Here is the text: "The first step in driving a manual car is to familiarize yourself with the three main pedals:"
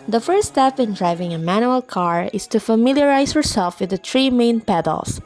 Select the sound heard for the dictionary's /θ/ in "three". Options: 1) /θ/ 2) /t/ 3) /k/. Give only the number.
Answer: 2